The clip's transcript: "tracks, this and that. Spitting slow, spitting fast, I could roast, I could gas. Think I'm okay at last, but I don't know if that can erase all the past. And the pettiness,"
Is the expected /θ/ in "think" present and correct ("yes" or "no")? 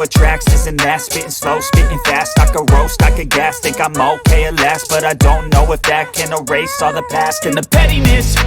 no